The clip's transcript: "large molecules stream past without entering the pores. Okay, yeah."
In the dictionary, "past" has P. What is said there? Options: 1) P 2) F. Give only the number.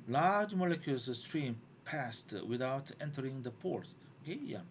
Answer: 1